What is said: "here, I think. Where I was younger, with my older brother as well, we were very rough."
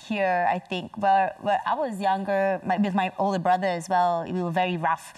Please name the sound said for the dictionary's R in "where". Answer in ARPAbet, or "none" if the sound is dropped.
W